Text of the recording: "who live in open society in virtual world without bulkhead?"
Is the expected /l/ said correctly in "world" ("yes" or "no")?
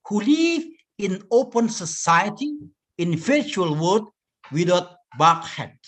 no